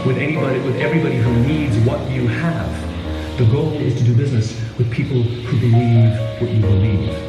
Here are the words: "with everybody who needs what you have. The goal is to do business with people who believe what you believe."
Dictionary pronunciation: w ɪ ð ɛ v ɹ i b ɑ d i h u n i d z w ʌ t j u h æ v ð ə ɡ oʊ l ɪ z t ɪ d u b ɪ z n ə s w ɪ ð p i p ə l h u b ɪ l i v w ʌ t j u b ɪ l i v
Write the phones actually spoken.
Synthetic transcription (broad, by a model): w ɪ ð ɛ v ɹ i b ɑ d i h u n i d z w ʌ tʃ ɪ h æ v ð ə ɡ oʊ l ɪ z t ɪ d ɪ b ɪ z n ə s w ɪ ð p i p l h u b ɪ l i v w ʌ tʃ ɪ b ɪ l i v